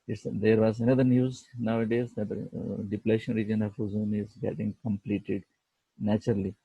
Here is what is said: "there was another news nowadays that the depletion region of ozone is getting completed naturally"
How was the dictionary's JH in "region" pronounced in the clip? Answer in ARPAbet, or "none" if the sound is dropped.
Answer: JH